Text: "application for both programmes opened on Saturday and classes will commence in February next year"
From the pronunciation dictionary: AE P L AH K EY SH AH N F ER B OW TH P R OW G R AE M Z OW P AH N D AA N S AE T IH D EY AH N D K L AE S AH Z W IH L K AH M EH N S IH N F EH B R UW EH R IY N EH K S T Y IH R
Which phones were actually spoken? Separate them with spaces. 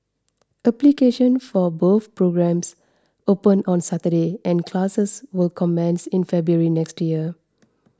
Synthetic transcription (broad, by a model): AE P L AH K EY SH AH N F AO B OW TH P R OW G R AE M S OW P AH N AA N S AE T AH D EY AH N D K L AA S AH S W IH L K AH M EH N S IH N F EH B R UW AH R IY N EH K S T Y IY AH